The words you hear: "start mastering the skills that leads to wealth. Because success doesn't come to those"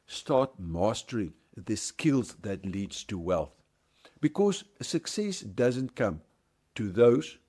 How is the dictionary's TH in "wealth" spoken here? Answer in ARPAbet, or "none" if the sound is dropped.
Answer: TH